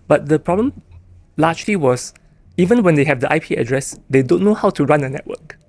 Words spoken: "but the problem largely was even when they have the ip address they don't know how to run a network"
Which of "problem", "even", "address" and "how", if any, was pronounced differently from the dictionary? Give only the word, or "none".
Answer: none